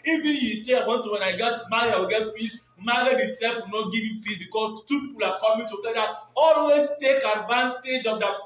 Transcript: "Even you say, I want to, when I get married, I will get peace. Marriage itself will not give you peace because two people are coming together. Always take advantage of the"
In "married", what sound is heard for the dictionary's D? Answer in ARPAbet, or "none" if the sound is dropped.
none